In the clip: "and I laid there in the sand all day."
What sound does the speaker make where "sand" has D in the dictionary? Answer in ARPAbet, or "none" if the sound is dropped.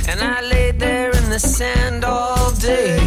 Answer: D